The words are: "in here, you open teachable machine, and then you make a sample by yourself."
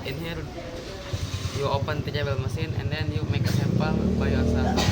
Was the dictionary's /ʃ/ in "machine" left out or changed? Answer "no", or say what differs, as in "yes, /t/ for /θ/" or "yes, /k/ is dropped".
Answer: yes, /s/ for /ʃ/